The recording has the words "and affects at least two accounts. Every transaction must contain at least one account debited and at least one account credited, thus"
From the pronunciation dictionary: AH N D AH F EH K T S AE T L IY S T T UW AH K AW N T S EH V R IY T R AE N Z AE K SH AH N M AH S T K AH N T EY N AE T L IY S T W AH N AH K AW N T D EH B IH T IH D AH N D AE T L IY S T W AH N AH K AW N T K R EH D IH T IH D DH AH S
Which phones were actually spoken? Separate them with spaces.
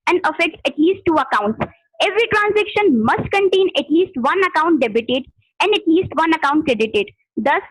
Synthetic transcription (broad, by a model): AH N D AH F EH K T EH T L IY S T T UW AH K AW N T S EH V R IY T R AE N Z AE K SH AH N M AH S T K AH N T EY N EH T L IY S T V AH N AH K AW N T D EH B IH T IH D AH N D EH T L IY S T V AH N AH K AW N T K R EH D IH T IH D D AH S